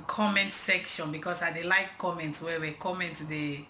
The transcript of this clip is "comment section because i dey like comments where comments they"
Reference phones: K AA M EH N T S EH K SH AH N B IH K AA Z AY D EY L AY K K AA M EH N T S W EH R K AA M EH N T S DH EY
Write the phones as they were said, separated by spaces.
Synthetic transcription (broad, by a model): K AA M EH N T S EH K SH AH N B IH K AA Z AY D EY L AY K K AA M EH N T S W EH W K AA M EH N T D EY